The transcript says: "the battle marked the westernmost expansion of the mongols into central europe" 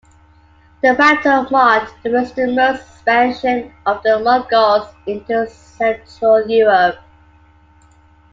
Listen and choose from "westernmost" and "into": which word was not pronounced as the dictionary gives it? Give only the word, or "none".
westernmost